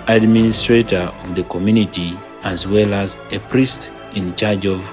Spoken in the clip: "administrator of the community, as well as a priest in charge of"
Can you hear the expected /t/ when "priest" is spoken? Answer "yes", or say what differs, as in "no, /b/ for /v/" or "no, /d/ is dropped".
yes